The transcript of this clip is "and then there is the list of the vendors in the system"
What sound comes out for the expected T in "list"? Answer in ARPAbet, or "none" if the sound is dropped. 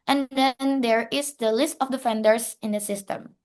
T